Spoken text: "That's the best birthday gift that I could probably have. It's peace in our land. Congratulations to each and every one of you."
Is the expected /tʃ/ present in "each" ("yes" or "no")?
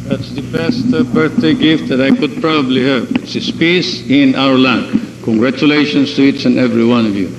no